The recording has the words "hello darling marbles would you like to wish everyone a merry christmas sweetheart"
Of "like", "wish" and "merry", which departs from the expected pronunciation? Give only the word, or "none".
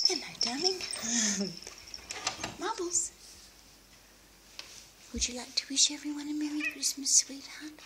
merry